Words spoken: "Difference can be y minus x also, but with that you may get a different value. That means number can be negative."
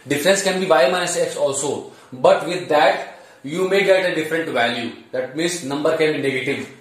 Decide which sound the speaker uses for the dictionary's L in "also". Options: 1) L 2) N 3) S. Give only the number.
1